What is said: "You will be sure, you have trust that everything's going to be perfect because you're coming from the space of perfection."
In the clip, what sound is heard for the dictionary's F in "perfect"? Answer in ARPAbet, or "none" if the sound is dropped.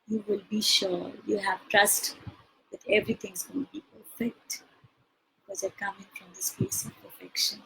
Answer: F